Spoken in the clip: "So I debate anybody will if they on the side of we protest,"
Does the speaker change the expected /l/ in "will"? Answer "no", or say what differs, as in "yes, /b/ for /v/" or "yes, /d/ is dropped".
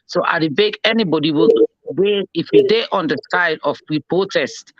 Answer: yes, /w/ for /l/